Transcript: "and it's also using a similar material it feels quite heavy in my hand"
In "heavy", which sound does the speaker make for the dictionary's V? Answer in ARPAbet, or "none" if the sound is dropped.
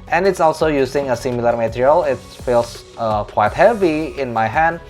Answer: V